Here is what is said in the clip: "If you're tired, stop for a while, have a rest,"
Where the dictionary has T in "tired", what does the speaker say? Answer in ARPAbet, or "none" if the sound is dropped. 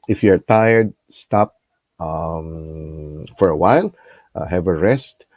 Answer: T